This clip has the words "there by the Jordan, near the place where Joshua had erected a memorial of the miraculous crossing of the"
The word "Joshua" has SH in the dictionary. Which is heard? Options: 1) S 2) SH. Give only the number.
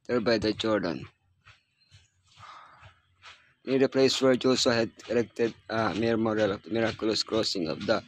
1